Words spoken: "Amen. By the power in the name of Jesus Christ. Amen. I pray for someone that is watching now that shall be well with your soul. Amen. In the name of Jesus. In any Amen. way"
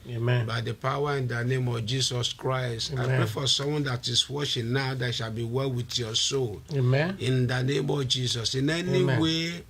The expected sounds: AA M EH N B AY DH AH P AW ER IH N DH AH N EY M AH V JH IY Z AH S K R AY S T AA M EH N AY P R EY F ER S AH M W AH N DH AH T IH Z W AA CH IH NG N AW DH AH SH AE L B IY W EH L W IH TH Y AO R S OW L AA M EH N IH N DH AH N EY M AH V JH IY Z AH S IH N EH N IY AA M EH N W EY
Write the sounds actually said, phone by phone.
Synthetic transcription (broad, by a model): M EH B AY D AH P AW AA IH N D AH N EY M AH V JH IY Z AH S K R AY S T AA IH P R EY F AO S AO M W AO N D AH T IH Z W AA SH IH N N AW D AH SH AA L B IY W EH L W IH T Y AO S OW L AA N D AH N EY M AH V JH IY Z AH S IH N EH N IY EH W EY